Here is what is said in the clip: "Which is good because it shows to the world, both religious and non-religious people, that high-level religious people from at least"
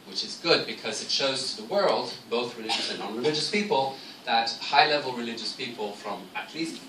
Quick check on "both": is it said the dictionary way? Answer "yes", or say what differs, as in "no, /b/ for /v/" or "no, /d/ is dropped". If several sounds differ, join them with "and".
yes